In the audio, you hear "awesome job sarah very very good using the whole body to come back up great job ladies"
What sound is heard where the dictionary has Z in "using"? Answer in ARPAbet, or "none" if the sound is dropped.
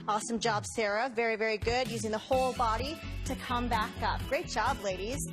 Z